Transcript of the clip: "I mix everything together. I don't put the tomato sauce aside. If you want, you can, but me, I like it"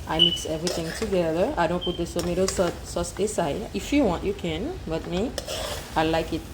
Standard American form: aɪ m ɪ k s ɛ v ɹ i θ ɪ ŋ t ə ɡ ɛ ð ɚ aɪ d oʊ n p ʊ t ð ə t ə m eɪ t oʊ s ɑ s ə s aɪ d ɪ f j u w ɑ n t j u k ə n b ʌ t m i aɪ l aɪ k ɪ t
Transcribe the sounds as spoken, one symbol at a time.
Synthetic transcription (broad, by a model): aɪ m ɪ k s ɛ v ɹ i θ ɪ ŋ t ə ɡ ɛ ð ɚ aɪ d oʊ n p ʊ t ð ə s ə m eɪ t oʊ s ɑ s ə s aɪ ɪ f j u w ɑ n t j u k ə n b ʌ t m i aɪ l aɪ k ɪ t